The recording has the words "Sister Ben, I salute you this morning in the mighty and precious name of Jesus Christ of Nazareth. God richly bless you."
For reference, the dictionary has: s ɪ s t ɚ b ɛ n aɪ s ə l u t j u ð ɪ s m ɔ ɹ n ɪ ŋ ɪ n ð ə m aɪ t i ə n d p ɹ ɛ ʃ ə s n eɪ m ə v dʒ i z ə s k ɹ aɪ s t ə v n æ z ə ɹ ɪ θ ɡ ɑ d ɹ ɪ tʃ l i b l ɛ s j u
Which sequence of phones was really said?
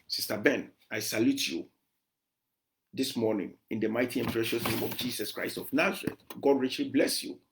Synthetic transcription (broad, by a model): s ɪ s t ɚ b ɛ n aɪ s ə l u t j u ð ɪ s m ɔ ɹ n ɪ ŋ ɪ n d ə m aɪ t i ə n p ɹ ɛ ʃ ə s n eɪ m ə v dʒ i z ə s k ɹ aɪ s t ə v n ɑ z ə ɹ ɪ t ɡ ɑ d ɹ ɪ tʃ l i b l ɛ s j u